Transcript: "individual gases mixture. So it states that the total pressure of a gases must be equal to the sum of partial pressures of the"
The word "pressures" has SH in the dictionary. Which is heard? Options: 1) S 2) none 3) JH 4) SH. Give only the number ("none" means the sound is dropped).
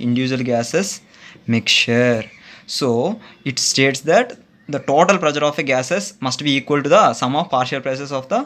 1